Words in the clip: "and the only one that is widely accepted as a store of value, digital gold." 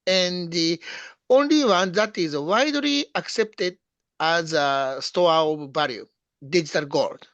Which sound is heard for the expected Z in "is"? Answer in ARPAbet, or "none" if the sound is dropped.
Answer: Z